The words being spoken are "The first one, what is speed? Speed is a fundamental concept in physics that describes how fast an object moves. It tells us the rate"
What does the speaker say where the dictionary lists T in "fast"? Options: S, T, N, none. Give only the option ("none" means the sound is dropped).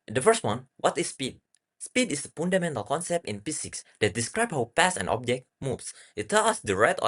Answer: none